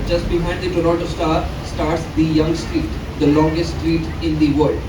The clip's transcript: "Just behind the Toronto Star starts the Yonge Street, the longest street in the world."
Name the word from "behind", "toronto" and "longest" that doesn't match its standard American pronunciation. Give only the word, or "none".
toronto